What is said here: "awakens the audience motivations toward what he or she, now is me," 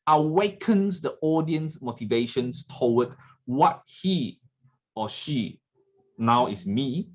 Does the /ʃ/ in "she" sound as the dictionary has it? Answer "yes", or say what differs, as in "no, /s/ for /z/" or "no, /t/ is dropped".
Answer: yes